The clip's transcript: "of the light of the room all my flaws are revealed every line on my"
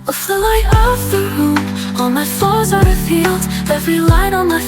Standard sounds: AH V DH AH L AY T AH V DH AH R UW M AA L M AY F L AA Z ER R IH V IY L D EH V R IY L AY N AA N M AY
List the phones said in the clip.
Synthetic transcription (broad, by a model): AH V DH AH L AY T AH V DH AH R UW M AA N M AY F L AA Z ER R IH F IY L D EH V R IY L AY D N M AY